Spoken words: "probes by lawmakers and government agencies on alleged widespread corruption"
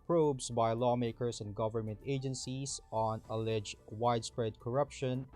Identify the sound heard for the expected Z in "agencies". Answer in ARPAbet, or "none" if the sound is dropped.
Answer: S